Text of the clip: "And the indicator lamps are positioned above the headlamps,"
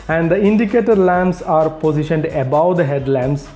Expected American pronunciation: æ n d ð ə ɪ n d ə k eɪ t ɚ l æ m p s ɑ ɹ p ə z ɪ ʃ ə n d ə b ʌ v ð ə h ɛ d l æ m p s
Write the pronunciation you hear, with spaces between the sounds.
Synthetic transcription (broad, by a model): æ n d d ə ɪ n d ə k eɪ t ɚ l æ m s ɑ ɹ p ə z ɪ ʃ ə n d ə b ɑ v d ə h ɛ d l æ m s